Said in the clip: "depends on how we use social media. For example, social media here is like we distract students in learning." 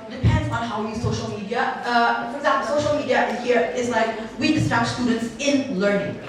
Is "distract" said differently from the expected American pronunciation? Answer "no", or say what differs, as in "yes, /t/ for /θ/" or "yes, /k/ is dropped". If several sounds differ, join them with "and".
yes, /ɹ/ is dropped